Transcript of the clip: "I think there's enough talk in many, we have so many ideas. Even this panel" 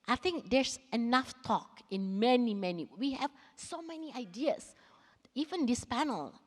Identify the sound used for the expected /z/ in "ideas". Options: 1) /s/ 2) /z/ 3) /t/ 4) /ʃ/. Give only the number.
1